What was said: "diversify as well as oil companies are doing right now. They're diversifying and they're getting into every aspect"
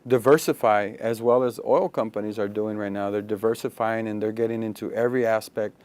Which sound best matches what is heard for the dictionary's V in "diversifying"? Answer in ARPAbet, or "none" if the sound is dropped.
V